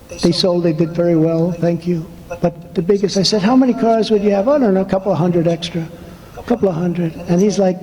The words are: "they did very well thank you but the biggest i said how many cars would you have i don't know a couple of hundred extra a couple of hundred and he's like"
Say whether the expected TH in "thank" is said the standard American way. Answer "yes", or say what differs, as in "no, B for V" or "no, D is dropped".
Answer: yes